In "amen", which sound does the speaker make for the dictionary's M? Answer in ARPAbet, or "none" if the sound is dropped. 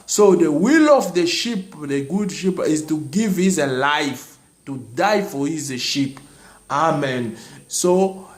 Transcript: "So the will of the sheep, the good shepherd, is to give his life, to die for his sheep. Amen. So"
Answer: M